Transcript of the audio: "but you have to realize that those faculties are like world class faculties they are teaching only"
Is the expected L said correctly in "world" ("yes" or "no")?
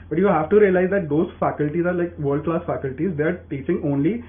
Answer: no